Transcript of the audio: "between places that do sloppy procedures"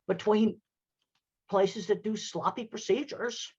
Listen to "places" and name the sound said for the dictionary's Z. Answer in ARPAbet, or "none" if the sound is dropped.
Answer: Z